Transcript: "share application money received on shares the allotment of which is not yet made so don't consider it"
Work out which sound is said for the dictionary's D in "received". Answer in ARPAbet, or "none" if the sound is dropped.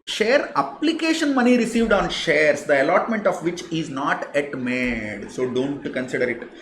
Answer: D